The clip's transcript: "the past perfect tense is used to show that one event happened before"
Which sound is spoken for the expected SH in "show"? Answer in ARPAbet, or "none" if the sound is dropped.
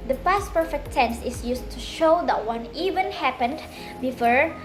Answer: SH